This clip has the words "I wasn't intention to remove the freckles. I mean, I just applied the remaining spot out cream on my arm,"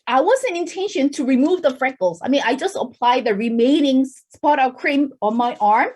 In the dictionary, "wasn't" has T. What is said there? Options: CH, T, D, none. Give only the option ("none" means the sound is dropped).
none